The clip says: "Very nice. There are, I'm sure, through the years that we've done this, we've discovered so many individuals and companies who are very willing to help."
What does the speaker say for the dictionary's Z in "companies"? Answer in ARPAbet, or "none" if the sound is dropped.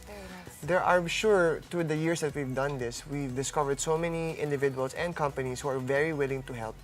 S